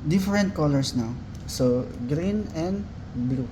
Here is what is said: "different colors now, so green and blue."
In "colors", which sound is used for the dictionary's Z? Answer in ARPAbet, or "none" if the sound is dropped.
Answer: S